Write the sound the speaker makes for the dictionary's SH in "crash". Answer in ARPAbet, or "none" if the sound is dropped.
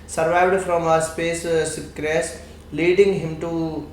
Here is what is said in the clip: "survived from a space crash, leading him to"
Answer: S